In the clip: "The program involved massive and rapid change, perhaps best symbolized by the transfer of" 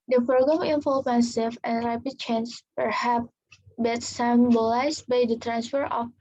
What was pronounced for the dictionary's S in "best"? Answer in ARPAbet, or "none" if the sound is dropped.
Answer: none